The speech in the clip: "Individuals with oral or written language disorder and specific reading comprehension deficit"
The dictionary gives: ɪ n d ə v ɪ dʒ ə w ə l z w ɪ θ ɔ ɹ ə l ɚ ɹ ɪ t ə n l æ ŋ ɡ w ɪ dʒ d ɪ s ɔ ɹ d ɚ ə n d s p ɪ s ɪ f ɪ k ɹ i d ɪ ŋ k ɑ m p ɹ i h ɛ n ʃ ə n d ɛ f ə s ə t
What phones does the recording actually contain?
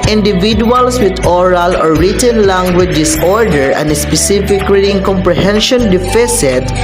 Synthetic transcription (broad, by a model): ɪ n d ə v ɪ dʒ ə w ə l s w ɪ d ɔ ɹ ə l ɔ ɹ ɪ t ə n l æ ŋ ɡ w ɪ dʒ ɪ s ɔ ɹ d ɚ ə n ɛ s p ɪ s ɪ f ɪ k l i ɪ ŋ k ɑ m p ɹ i h ɛ n ʃ ə n d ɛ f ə s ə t